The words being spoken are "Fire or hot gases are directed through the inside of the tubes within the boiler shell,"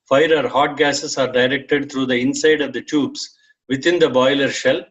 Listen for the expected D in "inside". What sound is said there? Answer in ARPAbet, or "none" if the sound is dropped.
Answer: D